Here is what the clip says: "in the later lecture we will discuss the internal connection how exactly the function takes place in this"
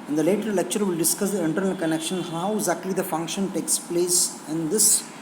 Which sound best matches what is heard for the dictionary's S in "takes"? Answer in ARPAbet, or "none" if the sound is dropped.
S